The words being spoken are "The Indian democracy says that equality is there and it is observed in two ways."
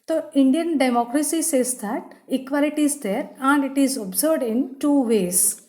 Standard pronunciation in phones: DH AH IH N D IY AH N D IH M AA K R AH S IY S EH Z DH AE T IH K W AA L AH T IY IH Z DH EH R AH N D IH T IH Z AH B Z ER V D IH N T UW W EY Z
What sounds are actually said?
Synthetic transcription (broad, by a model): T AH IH N D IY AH N D IH M AA K R AH S IY S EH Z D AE T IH K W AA L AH T IY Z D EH R AH N D IH T IH Z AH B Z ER D IH N T UW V EY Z